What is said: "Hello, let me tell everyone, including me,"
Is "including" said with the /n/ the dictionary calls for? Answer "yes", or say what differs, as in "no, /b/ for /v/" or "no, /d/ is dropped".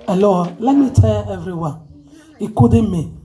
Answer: no, /n/ is dropped